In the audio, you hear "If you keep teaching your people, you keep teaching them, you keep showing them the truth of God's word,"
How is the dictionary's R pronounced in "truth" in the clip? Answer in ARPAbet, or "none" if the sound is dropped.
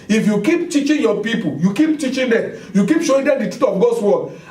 none